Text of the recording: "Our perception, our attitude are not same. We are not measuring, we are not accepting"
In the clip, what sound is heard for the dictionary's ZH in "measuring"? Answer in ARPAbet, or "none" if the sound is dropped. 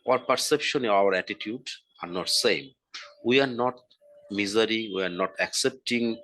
Z